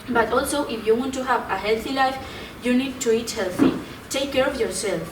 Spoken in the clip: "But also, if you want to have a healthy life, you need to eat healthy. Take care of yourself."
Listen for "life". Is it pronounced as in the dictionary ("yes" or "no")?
yes